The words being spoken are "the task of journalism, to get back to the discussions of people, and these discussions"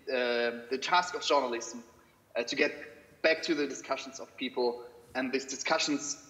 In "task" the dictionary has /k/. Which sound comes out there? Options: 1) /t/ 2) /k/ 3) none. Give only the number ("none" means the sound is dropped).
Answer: 2